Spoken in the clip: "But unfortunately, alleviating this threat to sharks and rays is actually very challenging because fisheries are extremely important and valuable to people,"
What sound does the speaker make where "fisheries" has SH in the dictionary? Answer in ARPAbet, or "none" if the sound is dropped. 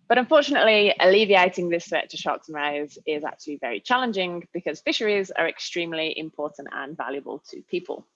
SH